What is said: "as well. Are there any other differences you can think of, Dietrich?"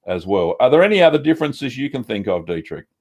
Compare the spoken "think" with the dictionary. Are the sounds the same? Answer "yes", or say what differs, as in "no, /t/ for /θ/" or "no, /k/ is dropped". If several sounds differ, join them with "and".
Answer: yes